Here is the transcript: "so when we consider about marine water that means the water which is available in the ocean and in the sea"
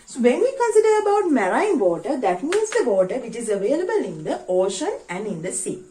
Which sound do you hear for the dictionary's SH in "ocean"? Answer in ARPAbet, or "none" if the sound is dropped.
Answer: SH